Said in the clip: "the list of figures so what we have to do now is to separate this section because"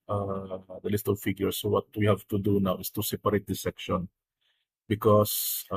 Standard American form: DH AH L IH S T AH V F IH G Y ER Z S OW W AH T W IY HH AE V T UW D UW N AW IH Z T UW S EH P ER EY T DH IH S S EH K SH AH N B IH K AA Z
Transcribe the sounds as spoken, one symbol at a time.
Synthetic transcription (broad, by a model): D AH L IH S T AH V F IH G Y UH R S OW W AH T W IY HH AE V T UW D UW N AW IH S T UW S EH P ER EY T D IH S S EH K SH AH N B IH K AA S